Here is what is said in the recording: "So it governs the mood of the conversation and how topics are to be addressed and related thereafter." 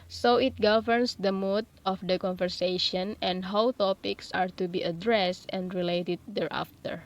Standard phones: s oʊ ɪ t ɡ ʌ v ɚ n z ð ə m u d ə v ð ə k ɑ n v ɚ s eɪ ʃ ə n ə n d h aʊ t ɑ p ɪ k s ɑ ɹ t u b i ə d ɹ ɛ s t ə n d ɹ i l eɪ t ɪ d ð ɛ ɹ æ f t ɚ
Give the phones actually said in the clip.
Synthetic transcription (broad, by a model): s oʊ ɪ t ɡ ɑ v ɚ n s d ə m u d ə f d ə k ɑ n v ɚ s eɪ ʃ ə n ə n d h aʊ t ɑ p ɪ k s ɑ ɹ t u b i ə d ɹ ɛ s t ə n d ɹ i l eɪ t ɪ d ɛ ɹ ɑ f t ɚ